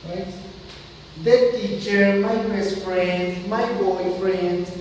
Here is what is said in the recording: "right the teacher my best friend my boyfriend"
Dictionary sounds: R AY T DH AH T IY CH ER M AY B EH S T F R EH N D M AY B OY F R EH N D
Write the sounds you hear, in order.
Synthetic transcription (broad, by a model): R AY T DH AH T IY CH ER M AY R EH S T F R EH N D M AY B OY F R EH N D